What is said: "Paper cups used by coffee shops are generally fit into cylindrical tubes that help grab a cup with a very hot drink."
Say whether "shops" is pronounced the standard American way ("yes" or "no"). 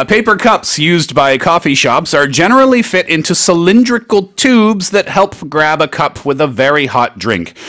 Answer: yes